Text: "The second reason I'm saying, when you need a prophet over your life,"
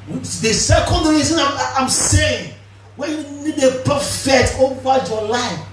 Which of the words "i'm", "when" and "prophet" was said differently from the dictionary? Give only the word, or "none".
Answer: prophet